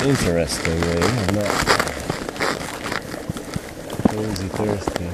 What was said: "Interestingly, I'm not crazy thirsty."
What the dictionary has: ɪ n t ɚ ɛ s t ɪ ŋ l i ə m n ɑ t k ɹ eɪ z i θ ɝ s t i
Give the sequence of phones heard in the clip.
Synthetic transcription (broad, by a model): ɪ n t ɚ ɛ s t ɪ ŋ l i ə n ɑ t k eɪ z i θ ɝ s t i